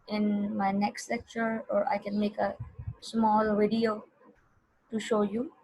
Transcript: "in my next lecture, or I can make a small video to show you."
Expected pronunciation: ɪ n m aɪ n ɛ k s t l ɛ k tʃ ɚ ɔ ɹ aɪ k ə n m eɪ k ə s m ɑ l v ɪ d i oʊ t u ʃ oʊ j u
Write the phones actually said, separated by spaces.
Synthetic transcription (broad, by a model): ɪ n m aɪ n ɛ k s t l ɛ k tʃ ɚ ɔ ɹ aɪ k ə n m eɪ k ə s m ɑ l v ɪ d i oʊ t u ʃ oʊ j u